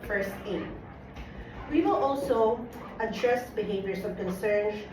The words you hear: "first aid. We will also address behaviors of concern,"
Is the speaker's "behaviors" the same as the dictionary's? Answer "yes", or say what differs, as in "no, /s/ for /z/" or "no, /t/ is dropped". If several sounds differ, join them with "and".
no, /s/ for /z/